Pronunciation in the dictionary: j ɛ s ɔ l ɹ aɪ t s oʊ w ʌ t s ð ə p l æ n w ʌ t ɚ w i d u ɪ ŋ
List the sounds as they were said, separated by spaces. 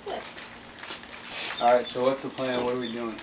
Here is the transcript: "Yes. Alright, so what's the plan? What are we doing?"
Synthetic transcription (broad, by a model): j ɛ s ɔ ɹ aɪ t s oʊ w ʌ t s ð ə p l æ n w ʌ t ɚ w i d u ɪ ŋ